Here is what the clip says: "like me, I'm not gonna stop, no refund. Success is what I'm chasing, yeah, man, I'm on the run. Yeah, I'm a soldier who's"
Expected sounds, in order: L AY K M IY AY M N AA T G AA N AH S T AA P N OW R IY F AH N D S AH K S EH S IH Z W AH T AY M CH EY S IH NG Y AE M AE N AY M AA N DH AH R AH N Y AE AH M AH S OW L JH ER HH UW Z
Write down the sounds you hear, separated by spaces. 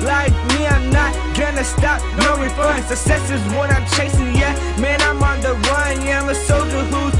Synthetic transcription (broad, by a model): L AY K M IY AY M N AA T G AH N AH S T AA P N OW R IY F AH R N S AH S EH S IH Z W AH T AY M CH EY S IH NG Y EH M AE N AY M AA N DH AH W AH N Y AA AH M AH S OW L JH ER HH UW